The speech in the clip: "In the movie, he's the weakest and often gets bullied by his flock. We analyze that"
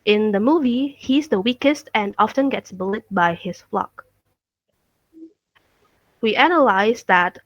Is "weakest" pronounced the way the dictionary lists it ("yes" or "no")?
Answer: yes